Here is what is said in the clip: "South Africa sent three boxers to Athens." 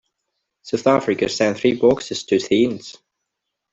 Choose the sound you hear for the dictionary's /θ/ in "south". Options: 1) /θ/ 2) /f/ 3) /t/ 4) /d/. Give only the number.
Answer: 1